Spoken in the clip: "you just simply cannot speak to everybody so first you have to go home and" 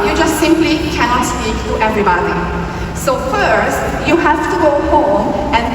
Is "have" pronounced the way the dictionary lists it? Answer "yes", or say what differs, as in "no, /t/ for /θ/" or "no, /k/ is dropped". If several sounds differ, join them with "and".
no, /f/ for /v/